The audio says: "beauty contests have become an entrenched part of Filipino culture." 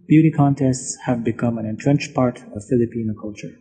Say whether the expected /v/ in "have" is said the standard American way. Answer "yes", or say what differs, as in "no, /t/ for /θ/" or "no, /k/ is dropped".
yes